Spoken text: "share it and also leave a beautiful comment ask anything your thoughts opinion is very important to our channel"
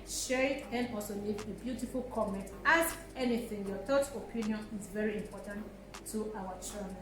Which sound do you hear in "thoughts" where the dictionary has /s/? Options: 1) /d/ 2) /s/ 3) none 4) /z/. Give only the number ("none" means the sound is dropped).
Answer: 3